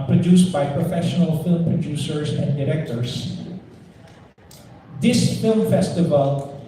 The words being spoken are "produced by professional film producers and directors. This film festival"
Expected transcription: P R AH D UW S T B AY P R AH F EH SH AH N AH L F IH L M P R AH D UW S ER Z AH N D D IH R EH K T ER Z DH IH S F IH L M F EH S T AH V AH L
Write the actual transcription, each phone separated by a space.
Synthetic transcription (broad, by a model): P R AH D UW S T B AY P R AH F EH SH AH N AH L F IH L M P R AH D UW S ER S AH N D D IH R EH K T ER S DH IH S F IH L M F EH S T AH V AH L